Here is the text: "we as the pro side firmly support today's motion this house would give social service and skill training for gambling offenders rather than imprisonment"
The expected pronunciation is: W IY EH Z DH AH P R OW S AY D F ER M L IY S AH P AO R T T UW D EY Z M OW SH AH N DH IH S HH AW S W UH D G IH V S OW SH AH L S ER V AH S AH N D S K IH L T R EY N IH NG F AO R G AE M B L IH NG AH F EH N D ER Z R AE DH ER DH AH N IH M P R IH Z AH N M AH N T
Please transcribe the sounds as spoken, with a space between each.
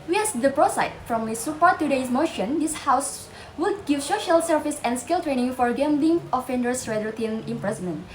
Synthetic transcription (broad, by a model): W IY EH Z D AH P R OW S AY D F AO M IY S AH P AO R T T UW D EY S M OW SH AH N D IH S HH AW S W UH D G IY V S OW SH AH L S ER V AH S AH N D S K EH L T R EY N IH NG F AO R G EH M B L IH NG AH F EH N D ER S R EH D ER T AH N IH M P R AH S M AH N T